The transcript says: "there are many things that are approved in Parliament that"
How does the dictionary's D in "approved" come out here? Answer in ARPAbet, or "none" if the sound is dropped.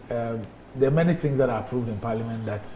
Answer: D